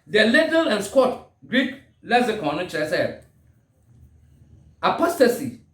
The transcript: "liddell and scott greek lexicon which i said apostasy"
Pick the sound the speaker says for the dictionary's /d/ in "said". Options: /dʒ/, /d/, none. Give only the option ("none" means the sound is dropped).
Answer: none